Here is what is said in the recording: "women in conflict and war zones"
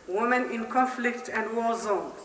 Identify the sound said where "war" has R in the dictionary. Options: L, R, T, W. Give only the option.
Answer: L